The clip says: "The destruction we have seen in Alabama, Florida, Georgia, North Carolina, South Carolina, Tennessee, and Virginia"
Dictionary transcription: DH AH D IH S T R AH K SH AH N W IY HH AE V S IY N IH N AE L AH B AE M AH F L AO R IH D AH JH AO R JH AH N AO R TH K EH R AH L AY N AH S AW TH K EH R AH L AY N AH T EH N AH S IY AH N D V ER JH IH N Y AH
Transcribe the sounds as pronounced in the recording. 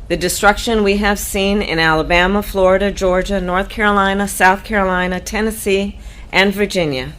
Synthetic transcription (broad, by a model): DH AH D IH S T R AH K SH AH N W IY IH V S IY N IH N AE L AH B AE M AH F L AO R IH D AH JH AO R JH AH N AO R TH K EH R AH L AY N AH S AW TH K EH R AH L AY N AH T EH N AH S IY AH N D V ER JH IH N Y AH